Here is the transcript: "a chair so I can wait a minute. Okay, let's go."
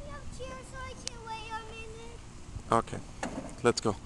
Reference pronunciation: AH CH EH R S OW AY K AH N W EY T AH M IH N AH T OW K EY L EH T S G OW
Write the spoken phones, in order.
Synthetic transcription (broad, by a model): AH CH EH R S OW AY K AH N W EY AH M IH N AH T OW K EY L EH T S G OW